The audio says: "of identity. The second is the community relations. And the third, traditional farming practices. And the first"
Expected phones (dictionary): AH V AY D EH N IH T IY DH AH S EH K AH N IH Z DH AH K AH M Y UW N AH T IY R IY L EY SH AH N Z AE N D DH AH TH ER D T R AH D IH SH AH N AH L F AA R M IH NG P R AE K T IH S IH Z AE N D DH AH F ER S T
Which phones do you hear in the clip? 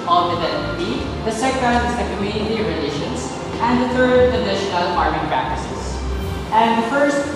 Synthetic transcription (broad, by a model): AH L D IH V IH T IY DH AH S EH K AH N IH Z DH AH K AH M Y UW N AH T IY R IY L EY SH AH N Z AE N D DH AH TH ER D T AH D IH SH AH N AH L P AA R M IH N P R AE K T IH S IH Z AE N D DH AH F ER S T